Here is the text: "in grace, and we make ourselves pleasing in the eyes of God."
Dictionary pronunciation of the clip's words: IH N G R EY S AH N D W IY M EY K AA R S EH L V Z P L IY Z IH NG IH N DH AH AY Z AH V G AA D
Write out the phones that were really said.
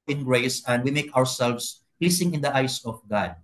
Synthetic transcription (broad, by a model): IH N G R EY S AH N D W IY M EY K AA R S EH L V S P L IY S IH NG IH N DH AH AY S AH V G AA D